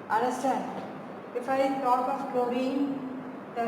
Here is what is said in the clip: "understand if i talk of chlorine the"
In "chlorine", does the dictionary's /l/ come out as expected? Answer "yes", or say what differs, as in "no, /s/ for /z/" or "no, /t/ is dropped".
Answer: no, /l/ is dropped